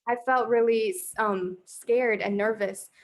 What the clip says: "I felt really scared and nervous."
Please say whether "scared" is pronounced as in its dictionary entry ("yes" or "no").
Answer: yes